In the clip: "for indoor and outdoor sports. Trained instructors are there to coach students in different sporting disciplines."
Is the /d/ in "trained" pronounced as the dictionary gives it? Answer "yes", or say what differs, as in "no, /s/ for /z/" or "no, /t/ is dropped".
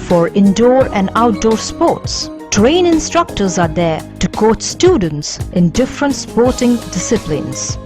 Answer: no, /d/ is dropped